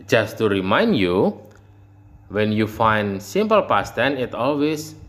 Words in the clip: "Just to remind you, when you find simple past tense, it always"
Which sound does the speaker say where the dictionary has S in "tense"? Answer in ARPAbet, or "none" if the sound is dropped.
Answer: none